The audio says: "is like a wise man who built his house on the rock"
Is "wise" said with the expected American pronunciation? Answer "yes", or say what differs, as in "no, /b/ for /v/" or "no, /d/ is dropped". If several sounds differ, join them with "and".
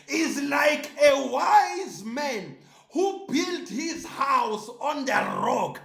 yes